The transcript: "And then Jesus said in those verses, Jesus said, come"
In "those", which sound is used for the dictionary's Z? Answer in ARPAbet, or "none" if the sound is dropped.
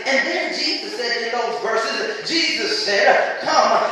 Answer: Z